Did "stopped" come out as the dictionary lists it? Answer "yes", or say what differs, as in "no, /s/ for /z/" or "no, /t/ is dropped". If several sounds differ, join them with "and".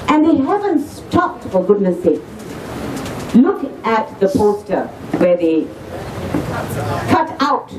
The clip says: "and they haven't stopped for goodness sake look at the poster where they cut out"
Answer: yes